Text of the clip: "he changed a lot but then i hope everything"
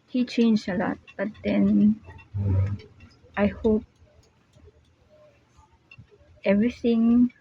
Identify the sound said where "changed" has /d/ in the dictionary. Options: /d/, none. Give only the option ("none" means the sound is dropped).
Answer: none